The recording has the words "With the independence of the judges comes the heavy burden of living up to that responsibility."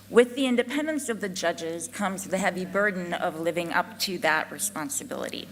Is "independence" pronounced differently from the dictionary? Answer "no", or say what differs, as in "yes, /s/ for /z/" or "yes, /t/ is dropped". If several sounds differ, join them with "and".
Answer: no